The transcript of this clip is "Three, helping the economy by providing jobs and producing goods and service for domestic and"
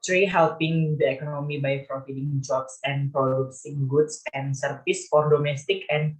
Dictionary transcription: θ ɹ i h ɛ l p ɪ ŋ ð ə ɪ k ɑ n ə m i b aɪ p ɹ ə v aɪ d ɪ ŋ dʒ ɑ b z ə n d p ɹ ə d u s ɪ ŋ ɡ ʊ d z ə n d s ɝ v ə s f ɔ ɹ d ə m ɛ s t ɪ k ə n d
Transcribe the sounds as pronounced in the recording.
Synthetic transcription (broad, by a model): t ɹ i h ɛ l p ɪ ŋ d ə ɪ k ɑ n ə m i b aɪ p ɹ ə f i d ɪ ŋ dʒ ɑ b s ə n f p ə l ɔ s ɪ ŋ ɡ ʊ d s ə n s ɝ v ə s f ɔ ɹ d ə m ɛ s t ɪ k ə n